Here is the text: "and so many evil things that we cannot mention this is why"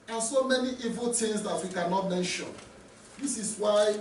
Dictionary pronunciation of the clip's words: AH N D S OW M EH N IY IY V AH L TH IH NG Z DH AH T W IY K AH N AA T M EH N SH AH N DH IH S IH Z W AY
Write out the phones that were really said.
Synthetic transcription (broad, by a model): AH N S OW M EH N IY IY V AH L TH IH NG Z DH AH T W IY K AH N AA T M EH N SH AH N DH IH S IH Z W AY